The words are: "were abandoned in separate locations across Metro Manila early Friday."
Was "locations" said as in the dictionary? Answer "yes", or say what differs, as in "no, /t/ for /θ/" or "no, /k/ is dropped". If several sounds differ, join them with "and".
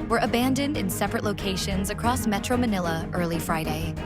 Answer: yes